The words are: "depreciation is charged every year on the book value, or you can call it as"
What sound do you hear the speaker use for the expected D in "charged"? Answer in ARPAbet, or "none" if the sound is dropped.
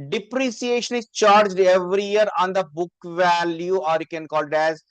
D